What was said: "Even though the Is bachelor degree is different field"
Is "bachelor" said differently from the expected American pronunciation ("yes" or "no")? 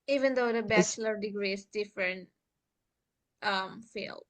no